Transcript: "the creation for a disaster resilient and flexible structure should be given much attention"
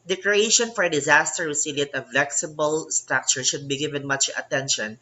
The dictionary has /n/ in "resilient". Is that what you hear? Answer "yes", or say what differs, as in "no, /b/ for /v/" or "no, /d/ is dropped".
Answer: no, /n/ is dropped